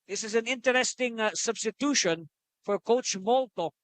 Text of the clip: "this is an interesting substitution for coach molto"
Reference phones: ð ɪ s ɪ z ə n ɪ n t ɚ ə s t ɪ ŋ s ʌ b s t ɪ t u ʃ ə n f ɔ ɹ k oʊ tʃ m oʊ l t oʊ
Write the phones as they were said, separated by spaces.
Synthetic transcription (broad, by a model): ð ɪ s ɪ z ə n ɪ n t ɚ ə s t ɪ ŋ s ʌ b s t ɪ t u ʃ ə n f ɔ ɹ k oʊ tʃ m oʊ l t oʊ